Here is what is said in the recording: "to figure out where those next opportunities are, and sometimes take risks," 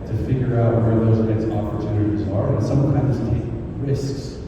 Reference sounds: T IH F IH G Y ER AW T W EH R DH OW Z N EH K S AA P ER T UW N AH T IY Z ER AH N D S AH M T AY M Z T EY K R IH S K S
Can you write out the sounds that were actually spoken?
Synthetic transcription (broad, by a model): T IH F IH G Y ER AW T W EH R DH OW Z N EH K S AA P ER T UW N AH T IY Z ER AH N S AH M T AY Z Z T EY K R IH S K S